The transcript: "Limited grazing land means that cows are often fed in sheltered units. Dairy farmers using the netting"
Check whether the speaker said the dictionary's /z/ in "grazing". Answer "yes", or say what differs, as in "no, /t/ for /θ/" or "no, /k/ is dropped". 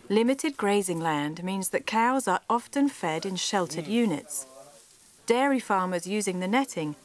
yes